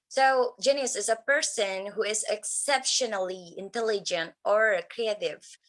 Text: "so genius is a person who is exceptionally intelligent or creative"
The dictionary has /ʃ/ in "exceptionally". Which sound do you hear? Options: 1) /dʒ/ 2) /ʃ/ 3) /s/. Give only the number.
2